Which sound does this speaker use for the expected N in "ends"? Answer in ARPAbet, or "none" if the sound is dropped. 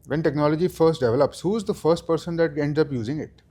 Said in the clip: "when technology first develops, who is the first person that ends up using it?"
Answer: N